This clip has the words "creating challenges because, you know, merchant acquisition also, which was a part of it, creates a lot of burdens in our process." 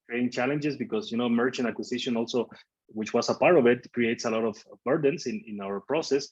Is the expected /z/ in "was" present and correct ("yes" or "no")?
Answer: no